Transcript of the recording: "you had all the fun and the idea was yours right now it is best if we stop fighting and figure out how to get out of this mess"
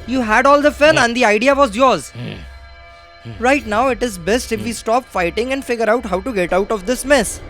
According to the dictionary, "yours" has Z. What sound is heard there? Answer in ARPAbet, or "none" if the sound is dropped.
Z